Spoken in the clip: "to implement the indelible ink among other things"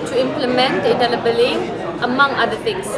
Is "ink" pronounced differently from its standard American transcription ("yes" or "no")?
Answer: yes